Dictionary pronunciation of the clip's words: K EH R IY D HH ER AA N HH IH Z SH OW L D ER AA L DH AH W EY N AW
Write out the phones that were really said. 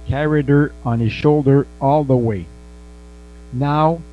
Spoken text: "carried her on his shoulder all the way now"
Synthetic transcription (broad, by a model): K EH R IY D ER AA N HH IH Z SH OW L D ER AA L DH AH W EY N AW